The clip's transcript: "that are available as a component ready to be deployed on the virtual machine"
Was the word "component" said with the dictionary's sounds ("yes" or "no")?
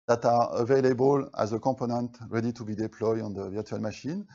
no